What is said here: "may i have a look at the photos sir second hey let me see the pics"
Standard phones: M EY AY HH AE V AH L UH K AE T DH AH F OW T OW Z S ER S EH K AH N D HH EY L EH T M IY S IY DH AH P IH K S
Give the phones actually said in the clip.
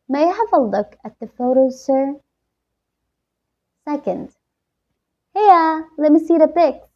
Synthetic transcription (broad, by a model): M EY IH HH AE V AH L UH K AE T DH AH F OW T OW Z S ER S EH K AH N D HH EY L EH T M IY S IY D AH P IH K S